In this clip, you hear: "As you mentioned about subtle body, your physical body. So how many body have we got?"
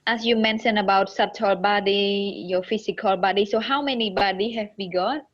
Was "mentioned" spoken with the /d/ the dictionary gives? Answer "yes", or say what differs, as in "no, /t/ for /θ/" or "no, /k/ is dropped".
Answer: no, /d/ is dropped